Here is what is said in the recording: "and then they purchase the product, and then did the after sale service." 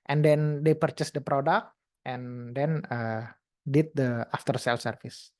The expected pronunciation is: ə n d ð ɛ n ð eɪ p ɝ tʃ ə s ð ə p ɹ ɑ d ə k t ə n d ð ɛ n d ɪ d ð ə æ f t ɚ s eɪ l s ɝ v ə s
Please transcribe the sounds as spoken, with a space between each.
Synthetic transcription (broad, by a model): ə n d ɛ n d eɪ p ɝ tʃ ə s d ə p ɹ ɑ d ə k t ə n d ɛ n d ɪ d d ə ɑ f t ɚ s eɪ l s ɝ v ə s